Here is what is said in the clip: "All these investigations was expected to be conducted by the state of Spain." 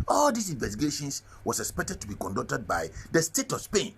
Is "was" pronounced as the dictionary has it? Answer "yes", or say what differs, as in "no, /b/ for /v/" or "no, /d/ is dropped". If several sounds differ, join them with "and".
no, /s/ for /z/